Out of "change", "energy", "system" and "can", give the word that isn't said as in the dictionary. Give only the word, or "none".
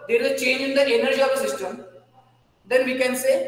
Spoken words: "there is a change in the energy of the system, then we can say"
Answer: none